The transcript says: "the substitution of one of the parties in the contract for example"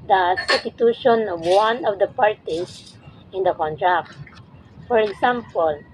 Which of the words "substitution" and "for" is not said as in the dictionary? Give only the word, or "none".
substitution